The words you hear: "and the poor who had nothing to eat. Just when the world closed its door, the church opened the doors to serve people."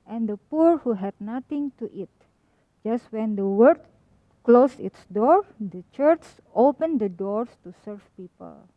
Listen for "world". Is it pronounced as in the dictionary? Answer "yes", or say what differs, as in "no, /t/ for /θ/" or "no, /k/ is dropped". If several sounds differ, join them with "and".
no, /l/ is dropped